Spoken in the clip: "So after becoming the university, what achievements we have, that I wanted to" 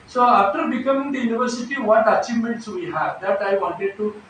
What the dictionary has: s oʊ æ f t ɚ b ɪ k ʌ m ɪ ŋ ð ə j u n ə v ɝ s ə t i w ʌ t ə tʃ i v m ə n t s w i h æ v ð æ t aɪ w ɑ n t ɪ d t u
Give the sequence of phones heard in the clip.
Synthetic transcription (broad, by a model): s oʊ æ f t ɚ b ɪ k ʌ m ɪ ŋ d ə j u n ə v ɝ s ə t i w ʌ t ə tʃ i m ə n t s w i h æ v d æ t aɪ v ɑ n t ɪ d t u